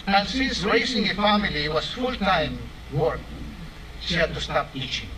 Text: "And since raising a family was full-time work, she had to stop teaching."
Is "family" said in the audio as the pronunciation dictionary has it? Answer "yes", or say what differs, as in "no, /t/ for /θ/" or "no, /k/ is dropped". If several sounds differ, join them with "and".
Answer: yes